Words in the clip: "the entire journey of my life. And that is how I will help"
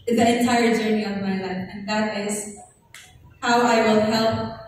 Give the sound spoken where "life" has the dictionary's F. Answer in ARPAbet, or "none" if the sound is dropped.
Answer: none